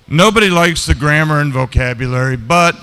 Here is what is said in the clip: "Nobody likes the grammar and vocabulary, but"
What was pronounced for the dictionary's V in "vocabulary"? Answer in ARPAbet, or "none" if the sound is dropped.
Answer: V